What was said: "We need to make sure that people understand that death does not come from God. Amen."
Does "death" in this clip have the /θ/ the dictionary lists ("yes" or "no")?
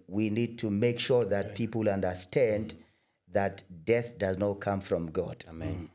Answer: yes